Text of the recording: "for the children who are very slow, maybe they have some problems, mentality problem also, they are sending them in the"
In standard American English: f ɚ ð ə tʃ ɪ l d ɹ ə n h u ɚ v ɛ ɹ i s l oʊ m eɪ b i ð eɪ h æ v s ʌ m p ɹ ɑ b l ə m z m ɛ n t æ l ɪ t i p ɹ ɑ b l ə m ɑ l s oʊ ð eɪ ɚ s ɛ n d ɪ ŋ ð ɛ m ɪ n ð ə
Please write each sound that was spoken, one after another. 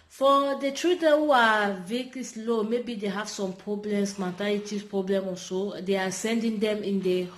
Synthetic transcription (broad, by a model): f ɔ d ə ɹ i d ə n h u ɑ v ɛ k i s l oʊ m eɪ b i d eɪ h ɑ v s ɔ m p ɹ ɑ b l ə m s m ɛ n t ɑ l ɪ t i p ɹ ɑ b l ə m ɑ s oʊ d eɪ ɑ s ɛ n d ɪ ŋ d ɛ m ɪ n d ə